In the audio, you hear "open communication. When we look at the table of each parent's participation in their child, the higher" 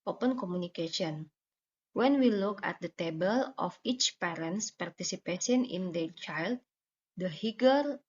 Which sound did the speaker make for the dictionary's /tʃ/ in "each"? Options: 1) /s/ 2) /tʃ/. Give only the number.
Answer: 2